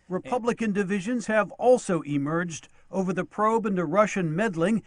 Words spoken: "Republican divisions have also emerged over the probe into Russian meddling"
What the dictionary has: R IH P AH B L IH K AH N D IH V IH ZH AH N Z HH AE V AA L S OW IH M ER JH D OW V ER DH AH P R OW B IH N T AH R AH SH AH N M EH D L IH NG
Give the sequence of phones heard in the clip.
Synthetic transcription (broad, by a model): R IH P AH B L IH K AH N D IH V IH ZH AH N Z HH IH V AA L S OW IH M ER JH D OW V ER DH AH P R OW B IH N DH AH R AH SH AH N M EH D L IH NG